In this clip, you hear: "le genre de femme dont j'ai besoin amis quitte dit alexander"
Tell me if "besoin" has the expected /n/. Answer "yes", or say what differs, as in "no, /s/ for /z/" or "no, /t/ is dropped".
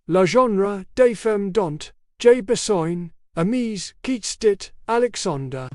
yes